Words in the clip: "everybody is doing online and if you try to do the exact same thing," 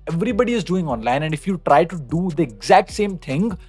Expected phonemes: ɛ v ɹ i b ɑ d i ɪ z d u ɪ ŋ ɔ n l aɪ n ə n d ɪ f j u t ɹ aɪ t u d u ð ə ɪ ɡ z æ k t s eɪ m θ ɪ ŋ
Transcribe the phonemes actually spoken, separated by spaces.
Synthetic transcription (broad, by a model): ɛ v ɹ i b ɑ d i ɪ z d u ɪ ŋ ɔ n l aɪ n ə n d ɪ f j u t ɹ aɪ t u d u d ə ɪ ɡ z æ k t s eɪ m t ɪ ŋ